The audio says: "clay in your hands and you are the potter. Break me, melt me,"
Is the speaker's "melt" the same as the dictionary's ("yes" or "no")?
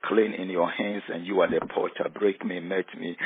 no